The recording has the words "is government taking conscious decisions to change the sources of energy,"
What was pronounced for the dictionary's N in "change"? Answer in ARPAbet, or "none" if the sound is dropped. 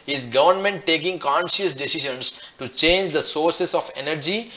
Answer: N